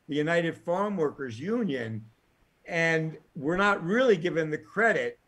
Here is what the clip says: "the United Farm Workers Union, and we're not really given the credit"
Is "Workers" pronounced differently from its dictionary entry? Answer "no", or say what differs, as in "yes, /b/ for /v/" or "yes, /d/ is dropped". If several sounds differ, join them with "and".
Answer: no